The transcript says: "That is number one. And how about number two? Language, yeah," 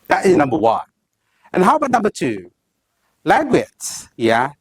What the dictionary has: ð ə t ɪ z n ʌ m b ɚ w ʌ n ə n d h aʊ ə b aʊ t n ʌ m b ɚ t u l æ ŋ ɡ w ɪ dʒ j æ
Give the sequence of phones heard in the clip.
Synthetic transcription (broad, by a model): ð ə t ɪ z n ʌ m b ɚ w ʌ n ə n h aʊ ə b aʊ t n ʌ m b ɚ t u l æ ɡ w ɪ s j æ